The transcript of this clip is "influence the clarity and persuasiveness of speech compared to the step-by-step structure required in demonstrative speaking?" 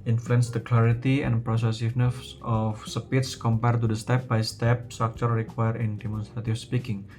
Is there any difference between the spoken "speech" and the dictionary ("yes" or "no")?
yes